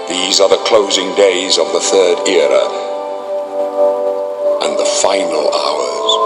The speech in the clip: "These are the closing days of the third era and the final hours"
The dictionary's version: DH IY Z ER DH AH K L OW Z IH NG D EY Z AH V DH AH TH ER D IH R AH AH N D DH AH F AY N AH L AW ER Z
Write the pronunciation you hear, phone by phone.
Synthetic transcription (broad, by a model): DH IY Z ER DH AH K L OW Z IH NG D EY Z AH V DH AH TH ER D IH R AH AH N DH AH F AY N AH L AW ER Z